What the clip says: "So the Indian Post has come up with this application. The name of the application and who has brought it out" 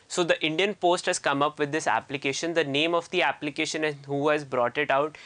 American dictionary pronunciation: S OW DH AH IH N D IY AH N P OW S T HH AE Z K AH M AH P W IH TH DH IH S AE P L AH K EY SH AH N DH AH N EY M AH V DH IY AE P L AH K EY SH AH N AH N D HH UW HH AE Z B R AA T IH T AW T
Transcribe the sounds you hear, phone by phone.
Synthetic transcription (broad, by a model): S OW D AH IH N D IY AH N P OW S T HH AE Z K AH M AH P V IH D IH S AE P L AH K EY SH AH N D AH N EY M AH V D IY AE P L AH K EY SH AH N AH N HH UW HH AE Z B R AA T IH T AW T